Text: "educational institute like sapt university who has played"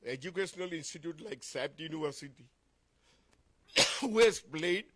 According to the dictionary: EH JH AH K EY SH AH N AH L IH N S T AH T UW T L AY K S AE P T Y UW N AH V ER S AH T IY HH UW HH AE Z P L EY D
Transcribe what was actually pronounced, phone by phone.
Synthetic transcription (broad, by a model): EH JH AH K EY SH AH N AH L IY N S T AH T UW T L AY K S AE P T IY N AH ER S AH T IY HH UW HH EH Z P L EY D